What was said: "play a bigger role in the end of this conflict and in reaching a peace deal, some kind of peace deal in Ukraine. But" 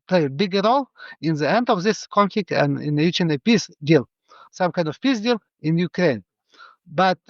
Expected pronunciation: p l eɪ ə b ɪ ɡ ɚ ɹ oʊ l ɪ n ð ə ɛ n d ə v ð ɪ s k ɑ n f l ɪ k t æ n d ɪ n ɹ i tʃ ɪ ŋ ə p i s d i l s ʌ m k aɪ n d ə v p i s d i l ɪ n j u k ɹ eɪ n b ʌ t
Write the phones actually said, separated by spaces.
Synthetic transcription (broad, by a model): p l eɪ b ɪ ɡ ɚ ɹ oʊ l ɪ n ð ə ɛ n d ə v ð ɪ s k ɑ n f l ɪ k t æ n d ɪ n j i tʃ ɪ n ə p i s d i l s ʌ m k aɪ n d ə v p i s d i l ɪ n j u k ɹ eɪ n b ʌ t